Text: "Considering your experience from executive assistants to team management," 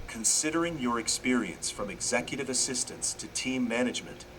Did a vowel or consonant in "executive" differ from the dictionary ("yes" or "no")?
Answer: no